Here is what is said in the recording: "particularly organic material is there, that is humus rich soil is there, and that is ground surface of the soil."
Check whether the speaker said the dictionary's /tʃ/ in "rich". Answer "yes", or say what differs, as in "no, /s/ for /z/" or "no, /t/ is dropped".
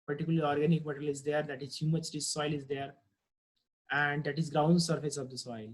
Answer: no, /s/ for /tʃ/